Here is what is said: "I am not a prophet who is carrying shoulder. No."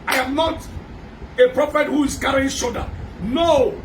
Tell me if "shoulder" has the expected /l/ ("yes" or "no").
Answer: no